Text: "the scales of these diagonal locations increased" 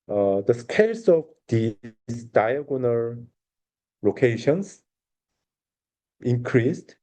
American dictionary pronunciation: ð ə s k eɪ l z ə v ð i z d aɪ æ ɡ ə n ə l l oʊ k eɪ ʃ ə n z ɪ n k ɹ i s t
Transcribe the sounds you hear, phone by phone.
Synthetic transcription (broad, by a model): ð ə s k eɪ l s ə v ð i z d aɪ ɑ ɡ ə n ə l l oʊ k eɪ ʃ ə n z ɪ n k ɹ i s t